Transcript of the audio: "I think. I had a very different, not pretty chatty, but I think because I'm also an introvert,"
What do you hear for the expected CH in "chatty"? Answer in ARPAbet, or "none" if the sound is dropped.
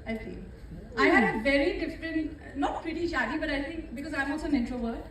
SH